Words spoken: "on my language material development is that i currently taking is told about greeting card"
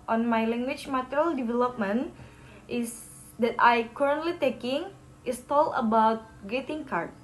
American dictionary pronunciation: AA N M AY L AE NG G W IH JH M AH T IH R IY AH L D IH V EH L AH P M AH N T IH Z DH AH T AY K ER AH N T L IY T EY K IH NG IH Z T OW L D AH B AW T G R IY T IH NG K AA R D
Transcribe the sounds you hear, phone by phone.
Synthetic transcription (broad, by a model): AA N M AY L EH NG G W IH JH M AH T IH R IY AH L D IH V EH L AH P M AH N T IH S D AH T AY K ER AH N T L IY T EY K IH NG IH S T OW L AH B AW T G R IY T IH NG K AA R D